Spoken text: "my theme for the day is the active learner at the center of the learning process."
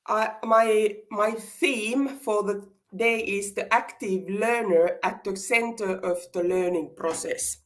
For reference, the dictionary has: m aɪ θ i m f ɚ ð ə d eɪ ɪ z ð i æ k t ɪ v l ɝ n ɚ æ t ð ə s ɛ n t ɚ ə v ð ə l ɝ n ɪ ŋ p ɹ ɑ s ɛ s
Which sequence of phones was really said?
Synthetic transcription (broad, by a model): m aɪ θ i m f ɚ ð ə d eɪ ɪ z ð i æ k t ɪ v l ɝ n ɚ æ t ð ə s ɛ n t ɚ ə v ð ə l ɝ n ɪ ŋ p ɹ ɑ s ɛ s